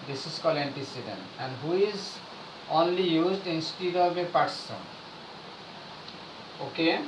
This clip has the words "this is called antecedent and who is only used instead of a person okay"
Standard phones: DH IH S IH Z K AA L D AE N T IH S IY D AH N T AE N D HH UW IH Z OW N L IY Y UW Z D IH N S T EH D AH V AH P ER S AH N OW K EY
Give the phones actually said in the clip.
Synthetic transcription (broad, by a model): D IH S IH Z K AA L AE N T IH S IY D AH N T AE N D HH UW IH Z OW N L IY Y UW Z D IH N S T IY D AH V AH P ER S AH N OW K EY